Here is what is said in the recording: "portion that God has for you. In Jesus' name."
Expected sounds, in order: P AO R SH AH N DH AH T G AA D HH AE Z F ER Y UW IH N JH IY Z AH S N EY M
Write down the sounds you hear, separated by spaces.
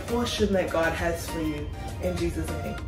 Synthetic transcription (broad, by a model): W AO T SH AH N DH AH T G AA D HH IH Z F ER Y UW IH N JH IY Z AH S N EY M